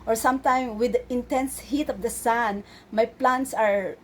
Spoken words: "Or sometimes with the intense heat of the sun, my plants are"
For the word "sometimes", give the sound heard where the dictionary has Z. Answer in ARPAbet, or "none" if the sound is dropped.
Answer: none